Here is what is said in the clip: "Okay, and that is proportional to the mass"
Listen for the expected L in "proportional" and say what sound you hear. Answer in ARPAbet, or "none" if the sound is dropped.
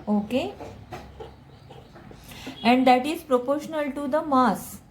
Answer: L